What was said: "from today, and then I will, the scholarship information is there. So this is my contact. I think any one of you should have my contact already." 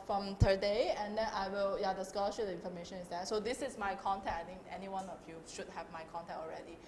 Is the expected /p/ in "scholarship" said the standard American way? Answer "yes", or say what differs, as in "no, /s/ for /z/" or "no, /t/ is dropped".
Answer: no, /p/ is dropped